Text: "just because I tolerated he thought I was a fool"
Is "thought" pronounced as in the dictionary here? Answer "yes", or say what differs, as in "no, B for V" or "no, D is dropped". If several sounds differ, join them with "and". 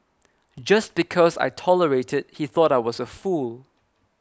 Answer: yes